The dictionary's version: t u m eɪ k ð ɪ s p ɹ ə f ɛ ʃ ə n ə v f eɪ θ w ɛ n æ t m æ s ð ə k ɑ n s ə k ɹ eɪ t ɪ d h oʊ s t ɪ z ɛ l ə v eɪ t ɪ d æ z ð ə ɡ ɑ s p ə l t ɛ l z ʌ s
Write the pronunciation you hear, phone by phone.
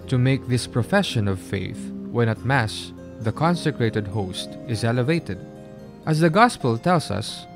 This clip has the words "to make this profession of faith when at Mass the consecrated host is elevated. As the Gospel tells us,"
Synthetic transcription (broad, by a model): t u m eɪ k ð ɪ s p ɹ ə f ɛ ʃ ə n ə v f eɪ θ w ɛ n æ t m æ s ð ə k ɑ n s ə k ɹ eɪ t ɪ d h oʊ s t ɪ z ɛ l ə v eɪ t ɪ d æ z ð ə ɡ ɑ s p ə l t ɛ l s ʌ s